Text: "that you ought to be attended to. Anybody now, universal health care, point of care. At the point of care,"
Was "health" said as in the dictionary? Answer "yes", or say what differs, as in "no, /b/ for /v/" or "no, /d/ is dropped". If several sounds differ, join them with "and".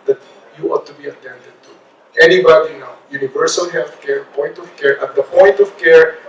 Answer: no, /t/ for /θ/